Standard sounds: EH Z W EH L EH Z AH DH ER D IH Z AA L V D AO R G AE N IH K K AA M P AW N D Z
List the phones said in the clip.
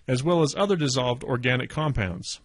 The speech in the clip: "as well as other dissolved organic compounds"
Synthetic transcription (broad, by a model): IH Z W EH L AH Z AH DH ER D IH Z AA L V D AO R G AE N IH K K AA M P AW N D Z